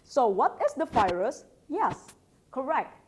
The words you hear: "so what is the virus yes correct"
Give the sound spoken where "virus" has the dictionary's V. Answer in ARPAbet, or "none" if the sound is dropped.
F